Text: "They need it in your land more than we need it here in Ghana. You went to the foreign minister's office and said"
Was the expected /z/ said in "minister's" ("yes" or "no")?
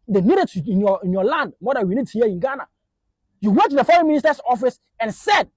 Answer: no